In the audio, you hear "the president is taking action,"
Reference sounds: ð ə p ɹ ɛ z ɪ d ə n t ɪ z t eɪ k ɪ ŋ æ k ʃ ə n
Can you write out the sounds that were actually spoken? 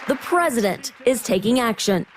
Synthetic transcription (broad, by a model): ð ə p ɹ ɛ z ɪ d ə n t ɪ z t eɪ k ɪ ŋ æ k ʃ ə n